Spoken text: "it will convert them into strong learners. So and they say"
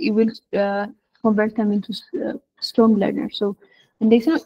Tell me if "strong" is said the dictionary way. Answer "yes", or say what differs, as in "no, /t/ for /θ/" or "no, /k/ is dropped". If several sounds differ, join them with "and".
no, /ɹ/ is dropped